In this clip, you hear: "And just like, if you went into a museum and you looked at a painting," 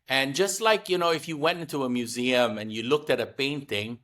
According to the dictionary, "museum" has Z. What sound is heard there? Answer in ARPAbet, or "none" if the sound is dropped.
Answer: Z